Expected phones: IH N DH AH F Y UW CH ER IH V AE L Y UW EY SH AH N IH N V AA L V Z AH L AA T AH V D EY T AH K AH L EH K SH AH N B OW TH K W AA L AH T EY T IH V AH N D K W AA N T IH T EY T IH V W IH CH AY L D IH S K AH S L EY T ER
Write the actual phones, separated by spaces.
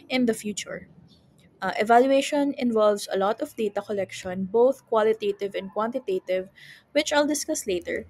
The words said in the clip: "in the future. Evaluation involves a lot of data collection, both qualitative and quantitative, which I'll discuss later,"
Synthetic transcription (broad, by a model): IH N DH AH F Y UW CH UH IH V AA L Y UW EY SH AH N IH N V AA L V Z AH L AA T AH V D EY T AH K AH L EH K SH AH N B OW TH K W AA L AH T EY T IH V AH N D K W AA N T IH T EY T IH V W IH CH AY L D IH S K AH S L EY T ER